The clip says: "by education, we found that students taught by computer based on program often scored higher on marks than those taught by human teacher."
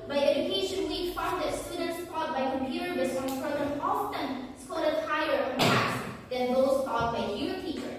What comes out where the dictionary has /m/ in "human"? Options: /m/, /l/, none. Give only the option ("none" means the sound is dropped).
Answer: none